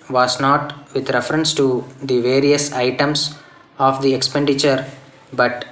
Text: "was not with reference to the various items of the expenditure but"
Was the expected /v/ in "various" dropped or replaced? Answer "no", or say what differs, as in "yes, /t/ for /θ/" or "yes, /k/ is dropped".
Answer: no